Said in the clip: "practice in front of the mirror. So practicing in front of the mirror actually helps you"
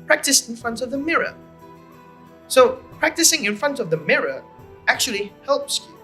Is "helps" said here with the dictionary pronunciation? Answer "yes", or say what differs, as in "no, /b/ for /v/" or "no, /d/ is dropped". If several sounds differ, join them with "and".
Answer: yes